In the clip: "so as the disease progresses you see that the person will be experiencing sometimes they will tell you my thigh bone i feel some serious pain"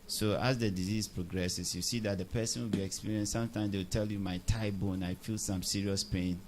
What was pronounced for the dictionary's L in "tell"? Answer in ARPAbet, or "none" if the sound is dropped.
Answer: L